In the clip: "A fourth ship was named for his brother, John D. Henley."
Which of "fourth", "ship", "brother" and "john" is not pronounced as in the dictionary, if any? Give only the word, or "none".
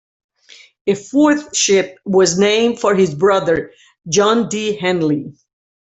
none